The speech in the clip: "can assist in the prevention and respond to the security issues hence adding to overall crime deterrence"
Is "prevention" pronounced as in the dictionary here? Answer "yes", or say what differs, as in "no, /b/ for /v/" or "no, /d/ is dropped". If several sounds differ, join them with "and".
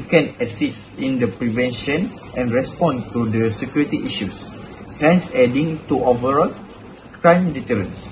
yes